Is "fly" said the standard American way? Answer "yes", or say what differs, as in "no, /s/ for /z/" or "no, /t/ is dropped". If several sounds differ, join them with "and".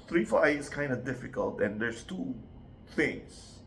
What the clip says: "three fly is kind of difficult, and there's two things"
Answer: no, /l/ is dropped